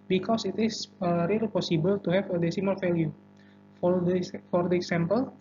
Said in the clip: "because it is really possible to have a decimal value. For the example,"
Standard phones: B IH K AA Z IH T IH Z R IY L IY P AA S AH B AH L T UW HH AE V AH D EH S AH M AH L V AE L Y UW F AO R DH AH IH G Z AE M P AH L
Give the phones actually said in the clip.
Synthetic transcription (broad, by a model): B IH K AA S IH T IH S R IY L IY P AA S AH B AH L T UW HH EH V AH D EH S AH M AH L F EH L Y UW F AO R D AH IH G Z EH M P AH L